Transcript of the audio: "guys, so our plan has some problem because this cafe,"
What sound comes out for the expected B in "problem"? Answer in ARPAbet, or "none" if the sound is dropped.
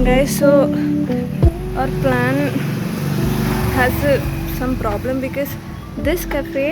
B